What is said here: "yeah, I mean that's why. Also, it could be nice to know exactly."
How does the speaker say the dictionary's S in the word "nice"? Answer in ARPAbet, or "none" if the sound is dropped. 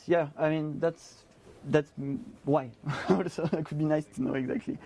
S